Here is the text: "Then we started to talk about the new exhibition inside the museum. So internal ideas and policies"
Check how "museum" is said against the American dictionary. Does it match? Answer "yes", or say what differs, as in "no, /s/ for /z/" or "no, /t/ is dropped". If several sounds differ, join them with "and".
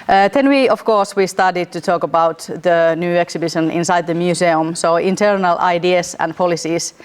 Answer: no, /s/ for /z/